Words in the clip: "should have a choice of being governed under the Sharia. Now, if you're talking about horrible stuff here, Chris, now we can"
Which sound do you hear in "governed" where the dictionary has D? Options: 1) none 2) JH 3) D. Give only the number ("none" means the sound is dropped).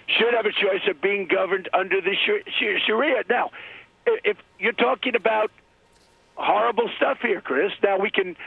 3